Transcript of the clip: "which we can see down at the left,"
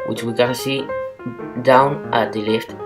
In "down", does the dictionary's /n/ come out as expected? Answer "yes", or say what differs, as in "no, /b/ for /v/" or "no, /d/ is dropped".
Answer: yes